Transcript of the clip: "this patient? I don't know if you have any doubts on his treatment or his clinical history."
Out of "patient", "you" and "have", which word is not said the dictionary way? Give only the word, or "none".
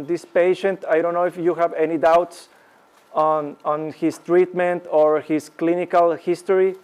none